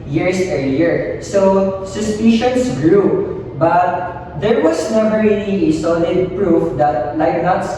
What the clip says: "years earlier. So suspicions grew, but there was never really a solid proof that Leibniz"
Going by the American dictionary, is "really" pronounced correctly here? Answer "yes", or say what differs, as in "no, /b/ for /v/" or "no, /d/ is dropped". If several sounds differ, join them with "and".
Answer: no, /n/ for /l/